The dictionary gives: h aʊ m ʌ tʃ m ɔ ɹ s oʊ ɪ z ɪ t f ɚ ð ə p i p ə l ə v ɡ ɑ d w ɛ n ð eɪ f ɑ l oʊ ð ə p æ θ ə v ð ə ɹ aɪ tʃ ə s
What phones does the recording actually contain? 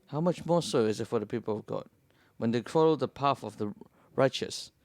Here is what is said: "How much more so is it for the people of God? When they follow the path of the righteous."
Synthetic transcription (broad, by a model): h aʊ m ʌ tʃ m ɔ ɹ s oʊ ɪ z ɪ t f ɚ ð ə p i p ə l ə v ɡ ɑ d w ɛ n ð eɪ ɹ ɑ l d ð ə p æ f ə v ð ə ɹ aɪ tʃ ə s